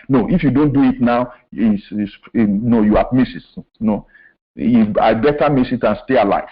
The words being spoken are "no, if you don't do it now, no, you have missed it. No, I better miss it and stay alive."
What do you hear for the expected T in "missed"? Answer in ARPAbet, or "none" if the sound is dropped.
none